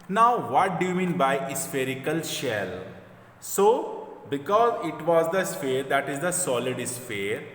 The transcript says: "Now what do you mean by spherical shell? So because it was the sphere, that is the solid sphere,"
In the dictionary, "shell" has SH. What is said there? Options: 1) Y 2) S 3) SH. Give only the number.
3